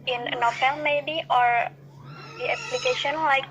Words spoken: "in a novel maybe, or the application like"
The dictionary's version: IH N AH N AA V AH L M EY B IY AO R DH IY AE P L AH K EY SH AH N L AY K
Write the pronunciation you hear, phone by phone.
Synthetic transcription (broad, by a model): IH N AH N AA F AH L M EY B IY AO R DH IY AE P L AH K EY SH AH N L AY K